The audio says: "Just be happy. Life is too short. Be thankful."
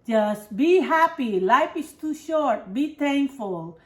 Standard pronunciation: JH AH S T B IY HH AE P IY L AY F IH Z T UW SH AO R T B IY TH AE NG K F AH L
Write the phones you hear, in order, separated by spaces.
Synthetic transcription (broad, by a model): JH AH S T B IY HH AE P IY L AY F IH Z T UW SH AO R T B IY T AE NG K F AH L